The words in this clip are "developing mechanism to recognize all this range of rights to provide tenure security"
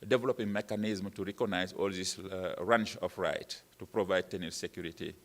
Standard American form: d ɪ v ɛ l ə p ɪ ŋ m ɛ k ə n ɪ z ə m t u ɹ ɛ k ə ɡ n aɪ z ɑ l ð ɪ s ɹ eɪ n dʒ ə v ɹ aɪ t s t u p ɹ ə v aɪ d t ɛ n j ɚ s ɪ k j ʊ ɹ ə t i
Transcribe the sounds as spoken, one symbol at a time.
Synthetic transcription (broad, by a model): d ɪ v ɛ l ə p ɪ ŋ m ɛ k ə n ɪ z m t u ɹ ɛ k ə ɡ n aɪ z ɑ l ð ɪ s ɹ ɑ n tʃ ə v ɹ aɪ t t u p ɹ ə v aɪ d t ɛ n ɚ s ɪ k j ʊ ɹ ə t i